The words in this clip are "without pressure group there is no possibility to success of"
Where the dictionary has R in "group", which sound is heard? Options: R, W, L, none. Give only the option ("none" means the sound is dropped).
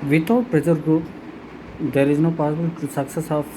none